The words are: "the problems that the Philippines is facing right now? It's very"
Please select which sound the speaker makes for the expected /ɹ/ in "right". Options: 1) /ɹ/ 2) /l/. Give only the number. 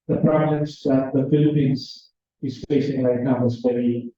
2